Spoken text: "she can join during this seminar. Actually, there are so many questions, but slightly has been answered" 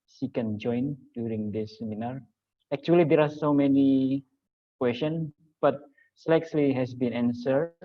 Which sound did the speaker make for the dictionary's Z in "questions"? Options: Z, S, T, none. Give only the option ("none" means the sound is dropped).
none